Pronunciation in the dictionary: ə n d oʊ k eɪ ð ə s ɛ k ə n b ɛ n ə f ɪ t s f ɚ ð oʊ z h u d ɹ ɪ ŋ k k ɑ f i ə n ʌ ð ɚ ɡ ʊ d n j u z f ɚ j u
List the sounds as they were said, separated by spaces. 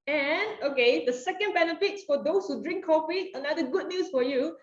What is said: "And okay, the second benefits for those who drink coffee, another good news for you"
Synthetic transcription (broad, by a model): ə n oʊ k eɪ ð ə s ɛ k ə n b ɛ n ə f ɪ t s f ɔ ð oʊ s h u d ɹ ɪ ŋ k k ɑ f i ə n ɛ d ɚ ɡ ʊ d n j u s f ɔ j u